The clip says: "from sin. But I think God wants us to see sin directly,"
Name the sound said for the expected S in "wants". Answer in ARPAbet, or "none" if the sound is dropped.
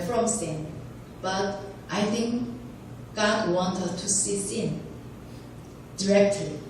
none